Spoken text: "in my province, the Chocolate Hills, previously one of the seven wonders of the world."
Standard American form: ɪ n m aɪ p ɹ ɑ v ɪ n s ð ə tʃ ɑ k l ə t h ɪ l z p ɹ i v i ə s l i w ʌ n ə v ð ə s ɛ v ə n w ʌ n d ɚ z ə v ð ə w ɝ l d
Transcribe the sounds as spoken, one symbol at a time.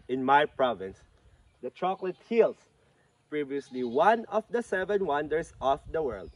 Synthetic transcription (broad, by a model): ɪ n m aɪ p ɹ ɑ v ɪ n s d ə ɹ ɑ k l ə t h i l s p ɹ i v i ə s l i w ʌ n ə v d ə s ɛ v ə n w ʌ n d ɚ s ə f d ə w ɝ l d